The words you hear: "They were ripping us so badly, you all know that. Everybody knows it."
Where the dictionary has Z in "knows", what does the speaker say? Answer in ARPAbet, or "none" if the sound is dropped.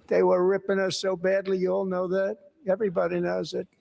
Z